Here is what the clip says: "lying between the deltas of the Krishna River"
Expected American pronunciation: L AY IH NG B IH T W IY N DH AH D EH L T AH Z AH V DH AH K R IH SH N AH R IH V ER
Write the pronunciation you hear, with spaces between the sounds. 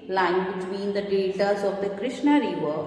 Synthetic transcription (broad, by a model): L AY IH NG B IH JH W IY N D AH D EH T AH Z AH V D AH K R IH SH N AH R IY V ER